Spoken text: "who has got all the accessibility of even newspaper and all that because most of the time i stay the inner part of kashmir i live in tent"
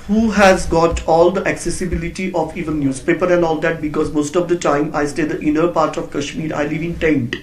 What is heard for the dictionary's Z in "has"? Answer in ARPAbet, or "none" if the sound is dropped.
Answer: Z